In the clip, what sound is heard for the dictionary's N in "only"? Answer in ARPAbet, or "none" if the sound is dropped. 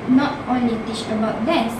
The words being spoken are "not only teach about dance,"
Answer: N